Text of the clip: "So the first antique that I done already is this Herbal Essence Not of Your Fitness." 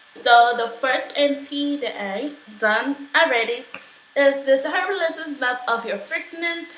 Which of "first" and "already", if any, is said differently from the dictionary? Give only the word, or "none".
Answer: none